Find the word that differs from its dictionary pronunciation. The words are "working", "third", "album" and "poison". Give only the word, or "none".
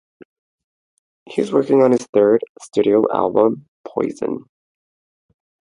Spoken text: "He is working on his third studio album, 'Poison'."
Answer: none